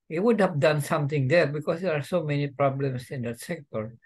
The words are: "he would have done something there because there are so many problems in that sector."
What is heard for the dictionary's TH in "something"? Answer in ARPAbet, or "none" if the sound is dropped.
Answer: T